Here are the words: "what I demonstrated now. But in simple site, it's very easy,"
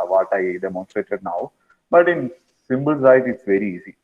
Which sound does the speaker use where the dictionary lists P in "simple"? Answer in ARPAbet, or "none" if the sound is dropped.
B